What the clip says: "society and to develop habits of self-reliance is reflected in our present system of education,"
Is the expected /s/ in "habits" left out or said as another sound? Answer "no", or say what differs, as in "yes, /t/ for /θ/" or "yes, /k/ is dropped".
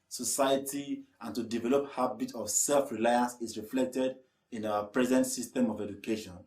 yes, /s/ is dropped